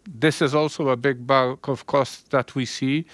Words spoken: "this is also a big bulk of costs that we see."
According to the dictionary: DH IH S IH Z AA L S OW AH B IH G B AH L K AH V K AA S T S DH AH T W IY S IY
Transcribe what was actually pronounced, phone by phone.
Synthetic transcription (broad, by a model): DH IH S IH Z AA L S OW AH B IH G B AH K AH V K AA S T DH AH T W IY S IY